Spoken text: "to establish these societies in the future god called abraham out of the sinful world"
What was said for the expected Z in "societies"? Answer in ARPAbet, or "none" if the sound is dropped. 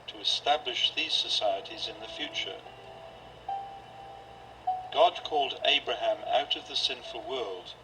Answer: Z